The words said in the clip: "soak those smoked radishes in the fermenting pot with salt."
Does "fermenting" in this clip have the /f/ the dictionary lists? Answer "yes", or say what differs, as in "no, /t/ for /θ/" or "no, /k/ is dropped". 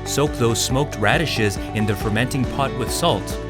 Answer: yes